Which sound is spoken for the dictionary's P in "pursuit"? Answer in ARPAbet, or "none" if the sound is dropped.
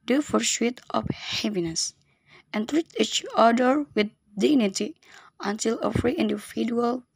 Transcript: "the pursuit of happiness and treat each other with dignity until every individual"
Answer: F